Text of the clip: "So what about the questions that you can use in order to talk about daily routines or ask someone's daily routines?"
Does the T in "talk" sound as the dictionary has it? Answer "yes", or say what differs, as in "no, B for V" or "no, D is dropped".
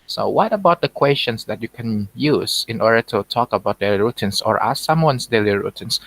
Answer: yes